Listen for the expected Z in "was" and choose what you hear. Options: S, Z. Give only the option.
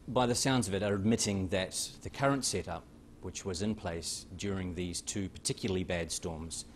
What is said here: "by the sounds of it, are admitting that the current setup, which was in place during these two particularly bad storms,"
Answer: Z